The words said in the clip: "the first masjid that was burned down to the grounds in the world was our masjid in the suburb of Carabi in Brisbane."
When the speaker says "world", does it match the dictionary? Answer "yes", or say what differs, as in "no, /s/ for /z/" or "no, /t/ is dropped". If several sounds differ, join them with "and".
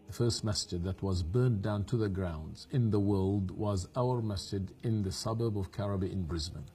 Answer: yes